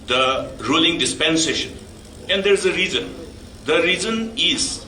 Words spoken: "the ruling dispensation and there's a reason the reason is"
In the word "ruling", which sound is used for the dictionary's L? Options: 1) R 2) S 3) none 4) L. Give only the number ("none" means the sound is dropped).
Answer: 4